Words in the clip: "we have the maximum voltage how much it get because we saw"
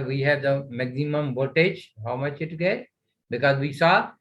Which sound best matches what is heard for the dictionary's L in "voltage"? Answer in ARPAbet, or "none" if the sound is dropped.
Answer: none